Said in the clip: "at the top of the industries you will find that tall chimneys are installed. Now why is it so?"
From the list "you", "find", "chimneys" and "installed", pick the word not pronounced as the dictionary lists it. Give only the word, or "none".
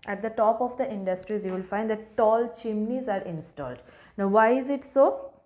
none